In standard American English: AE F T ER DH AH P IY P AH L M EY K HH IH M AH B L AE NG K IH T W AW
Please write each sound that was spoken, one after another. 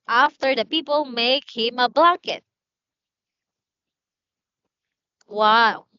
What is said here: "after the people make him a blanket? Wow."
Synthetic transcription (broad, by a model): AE F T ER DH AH P IY P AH L M EY K HH IH M AH B L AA K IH T W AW